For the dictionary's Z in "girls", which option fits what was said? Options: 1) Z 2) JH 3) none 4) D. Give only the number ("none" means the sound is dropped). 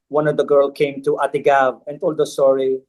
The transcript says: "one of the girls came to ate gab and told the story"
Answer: 3